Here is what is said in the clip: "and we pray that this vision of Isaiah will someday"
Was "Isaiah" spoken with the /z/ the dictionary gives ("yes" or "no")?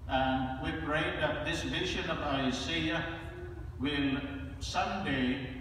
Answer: no